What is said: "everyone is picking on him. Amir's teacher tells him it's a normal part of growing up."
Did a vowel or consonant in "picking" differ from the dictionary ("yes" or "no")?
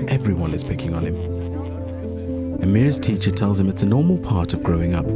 no